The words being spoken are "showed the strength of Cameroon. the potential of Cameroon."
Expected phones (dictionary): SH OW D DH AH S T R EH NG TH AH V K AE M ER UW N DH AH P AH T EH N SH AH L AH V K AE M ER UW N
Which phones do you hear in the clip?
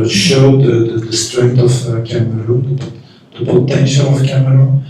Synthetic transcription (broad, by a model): SH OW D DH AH S T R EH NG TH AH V K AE M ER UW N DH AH B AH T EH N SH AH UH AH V K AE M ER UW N